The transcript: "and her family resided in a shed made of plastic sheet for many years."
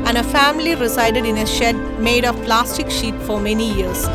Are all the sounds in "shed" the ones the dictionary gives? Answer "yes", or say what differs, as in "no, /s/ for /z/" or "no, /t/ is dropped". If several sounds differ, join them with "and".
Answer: yes